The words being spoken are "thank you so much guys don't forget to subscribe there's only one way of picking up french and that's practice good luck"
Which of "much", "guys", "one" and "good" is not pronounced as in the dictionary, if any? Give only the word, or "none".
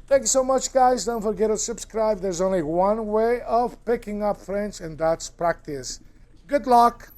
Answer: none